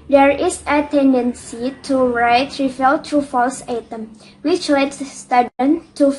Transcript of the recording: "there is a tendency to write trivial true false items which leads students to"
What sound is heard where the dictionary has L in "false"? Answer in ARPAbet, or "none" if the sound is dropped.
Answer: L